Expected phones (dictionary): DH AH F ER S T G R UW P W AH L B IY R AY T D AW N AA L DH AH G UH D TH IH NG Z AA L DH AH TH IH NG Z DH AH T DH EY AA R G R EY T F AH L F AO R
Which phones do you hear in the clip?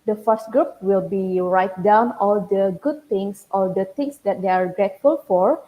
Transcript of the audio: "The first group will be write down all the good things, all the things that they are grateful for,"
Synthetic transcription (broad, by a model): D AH F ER S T G R UW P W AH L B IY R AY T D AW N AA L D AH G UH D T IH NG S AA L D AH T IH NG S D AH T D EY AA R G R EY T F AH L F AO R